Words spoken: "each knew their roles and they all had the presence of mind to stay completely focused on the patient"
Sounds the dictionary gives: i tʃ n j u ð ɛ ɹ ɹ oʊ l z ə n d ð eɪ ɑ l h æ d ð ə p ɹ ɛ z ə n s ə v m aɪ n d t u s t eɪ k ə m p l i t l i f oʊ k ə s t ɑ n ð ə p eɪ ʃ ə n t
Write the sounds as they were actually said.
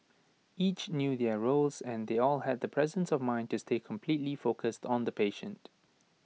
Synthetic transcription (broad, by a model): i tʃ n j u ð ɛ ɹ ɹ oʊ l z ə n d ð eɪ ɑ l h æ d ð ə p ɹ ɛ z ə n s ə v m aɪ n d t u s t eɪ k ə m p l i t l i f oʊ k ə s t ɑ n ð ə p eɪ ʃ ə n t